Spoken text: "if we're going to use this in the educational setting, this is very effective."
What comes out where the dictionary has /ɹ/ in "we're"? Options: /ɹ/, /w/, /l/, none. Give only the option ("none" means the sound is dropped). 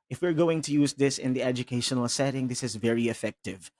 /ɹ/